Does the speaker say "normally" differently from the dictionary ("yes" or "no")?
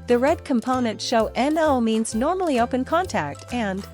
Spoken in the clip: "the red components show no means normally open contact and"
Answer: no